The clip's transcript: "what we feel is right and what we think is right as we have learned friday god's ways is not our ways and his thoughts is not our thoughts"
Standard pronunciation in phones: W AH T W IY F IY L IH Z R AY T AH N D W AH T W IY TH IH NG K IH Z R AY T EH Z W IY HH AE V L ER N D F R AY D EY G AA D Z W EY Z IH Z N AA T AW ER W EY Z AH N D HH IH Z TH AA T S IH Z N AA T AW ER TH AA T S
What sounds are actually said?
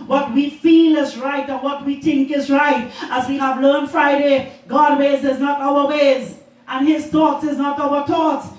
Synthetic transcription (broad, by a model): W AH T W IY F IY L IH Z R AY T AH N W AH T W IY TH IH NG K IH Z R AY T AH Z W IY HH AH V L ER N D F R AY D EY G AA D W EY Z IH Z N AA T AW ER W EY Z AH N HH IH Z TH AA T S IH Z N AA T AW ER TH AA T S